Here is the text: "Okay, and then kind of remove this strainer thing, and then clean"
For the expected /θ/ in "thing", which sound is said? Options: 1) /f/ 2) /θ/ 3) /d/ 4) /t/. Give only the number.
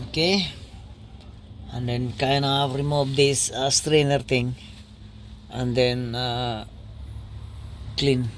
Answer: 4